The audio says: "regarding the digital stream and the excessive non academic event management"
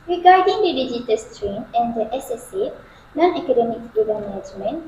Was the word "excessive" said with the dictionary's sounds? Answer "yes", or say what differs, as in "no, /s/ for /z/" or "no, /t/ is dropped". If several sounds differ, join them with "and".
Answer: no, /k/ is dropped